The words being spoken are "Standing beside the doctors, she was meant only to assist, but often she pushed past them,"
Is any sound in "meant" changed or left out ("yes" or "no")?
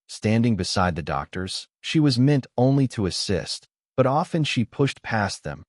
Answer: no